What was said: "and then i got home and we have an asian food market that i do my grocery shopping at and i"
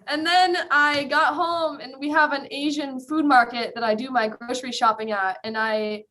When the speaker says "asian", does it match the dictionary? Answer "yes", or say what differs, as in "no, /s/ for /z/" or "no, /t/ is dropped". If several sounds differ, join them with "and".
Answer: yes